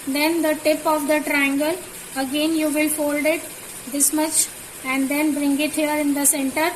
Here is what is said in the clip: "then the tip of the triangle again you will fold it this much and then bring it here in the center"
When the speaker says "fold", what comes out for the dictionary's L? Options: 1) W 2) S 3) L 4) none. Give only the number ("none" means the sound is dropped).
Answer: 3